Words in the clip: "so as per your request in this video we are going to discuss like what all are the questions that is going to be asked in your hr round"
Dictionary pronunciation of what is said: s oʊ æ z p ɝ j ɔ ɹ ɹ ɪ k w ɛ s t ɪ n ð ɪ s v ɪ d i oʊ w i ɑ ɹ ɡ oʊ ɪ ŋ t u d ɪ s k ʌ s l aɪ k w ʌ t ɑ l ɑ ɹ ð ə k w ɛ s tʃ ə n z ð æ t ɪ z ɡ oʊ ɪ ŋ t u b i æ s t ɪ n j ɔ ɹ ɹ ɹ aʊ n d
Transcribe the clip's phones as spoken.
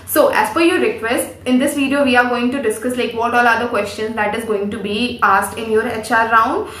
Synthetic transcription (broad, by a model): s oʊ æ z f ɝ j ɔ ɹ ɹ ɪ k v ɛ s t ɪ n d ɪ s v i d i oʊ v i ɑ ɹ ɡ oʊ ɪ ŋ t u d ɪ s k ʌ s l aɪ k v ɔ t ɑ l ɑ ɹ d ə k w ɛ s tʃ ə n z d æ t ɪ z ɡ oʊ ɪ ŋ t u b i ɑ s t ɪ n j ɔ ɹ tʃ ɹ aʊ n d